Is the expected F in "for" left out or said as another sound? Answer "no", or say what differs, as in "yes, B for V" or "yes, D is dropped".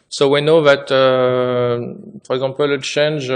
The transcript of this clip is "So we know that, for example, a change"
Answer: yes, P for F